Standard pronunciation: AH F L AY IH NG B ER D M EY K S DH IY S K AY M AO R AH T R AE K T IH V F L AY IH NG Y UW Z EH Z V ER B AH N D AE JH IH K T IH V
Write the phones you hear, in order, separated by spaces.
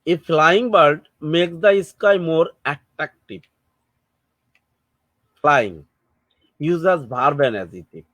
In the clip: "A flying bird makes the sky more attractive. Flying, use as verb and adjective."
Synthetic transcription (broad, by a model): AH F L AY IH NG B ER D M EY K S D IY S K AY M AO R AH T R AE K T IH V F L AY IH NG Y UW Z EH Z B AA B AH N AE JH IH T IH